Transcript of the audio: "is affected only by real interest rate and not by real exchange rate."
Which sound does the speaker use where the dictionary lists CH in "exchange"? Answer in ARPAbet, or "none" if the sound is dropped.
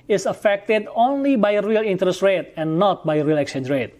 none